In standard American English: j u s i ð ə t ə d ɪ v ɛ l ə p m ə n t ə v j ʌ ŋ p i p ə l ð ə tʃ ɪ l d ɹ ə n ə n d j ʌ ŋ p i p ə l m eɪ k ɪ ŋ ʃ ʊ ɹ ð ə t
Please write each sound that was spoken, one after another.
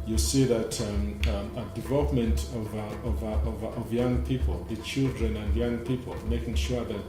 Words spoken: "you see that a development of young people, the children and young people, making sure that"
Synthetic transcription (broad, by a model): j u s i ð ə t ə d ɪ v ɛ l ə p m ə n t ə v j ʌ ŋ p i p ə l ð ə tʃ ɪ l d ɹ ə n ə n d j ʌ ŋ p i p ə l m eɪ k ɪ ŋ ʃ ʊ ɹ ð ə t